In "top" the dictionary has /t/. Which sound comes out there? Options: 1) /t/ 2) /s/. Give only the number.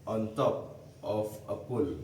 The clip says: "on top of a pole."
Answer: 1